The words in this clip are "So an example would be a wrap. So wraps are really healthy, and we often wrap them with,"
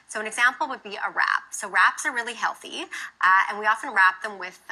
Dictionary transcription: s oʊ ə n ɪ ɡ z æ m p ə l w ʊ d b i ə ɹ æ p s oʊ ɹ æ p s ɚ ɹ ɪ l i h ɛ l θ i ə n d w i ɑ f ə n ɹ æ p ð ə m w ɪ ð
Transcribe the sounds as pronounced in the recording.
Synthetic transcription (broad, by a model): s oʊ ə n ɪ ɡ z æ m p l w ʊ d b i ə ɹ æ p s oʊ ɹ æ p s ɚ ɹ ɪ l i h ɛ l θ i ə n w i ɑ f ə n ɹ æ p ð ə m w ɪ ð